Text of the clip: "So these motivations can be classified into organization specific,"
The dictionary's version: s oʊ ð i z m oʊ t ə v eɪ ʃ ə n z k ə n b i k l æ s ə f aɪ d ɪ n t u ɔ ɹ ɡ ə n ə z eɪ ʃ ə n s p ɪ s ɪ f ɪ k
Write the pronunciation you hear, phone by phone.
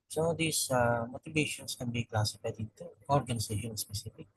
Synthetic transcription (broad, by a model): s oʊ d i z m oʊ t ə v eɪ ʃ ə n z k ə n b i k l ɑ s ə p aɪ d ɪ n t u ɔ ɹ ɡ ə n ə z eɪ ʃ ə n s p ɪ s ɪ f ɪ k